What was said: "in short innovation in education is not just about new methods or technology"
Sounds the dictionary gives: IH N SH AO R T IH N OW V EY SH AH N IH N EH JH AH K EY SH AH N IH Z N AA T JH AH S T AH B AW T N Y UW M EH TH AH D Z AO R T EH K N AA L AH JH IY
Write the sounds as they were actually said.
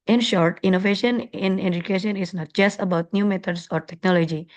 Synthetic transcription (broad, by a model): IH N SH AO R T IH N OW V EY SH AH N IH N EH JH AH K EY SH AH N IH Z N AA T JH AH S T AH B AW T N Y UW M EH T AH D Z AO R T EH K N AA L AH JH IY